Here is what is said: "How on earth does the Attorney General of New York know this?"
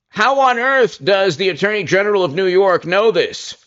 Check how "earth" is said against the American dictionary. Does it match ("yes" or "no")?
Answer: yes